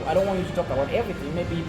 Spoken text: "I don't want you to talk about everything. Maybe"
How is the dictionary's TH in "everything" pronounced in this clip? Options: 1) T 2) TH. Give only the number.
2